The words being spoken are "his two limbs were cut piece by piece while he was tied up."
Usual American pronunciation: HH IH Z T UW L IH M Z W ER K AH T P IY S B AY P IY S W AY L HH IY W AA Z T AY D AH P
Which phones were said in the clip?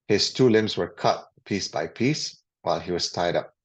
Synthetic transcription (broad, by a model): HH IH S T UW L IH M S W ER K AH T P IY S B AY P IY S W AY L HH IY W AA S T AY D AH P